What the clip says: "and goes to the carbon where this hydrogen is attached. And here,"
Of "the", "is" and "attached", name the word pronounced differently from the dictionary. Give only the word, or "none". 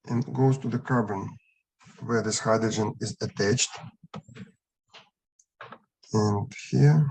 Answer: none